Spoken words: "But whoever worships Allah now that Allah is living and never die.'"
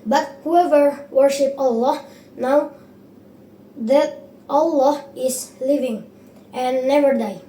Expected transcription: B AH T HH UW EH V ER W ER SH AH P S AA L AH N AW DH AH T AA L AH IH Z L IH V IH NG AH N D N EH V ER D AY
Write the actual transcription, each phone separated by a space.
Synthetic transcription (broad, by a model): B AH T HH UW EH V ER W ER SH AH P AA L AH N AW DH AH T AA L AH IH S L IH V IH NG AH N N EH V ER D AY